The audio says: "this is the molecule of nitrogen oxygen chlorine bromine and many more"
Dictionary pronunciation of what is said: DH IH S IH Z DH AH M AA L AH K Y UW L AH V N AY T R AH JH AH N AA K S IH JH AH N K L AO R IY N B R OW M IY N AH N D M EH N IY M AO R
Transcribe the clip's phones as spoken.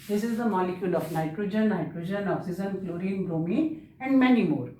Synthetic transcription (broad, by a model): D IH S IH Z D AH M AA L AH K Y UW L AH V N AY T R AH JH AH N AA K S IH Z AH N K L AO R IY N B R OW M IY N AH N D M EH N IY M AO R